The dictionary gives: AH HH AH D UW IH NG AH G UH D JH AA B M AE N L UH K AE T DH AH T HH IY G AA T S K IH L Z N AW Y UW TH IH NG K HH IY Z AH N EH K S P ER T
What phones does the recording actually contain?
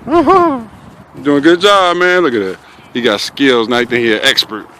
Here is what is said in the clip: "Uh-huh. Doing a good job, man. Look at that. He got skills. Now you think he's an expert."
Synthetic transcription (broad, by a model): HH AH D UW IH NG AH G UH D JH AA B M AE N L UH K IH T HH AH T HH IY G AA T S K IH L Z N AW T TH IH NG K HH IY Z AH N EH K S P ER T